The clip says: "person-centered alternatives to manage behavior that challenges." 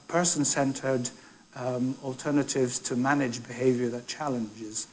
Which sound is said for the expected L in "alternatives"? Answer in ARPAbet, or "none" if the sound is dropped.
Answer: L